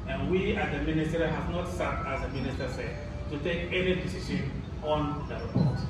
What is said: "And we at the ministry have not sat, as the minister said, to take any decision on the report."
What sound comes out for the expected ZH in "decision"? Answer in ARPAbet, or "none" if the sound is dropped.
SH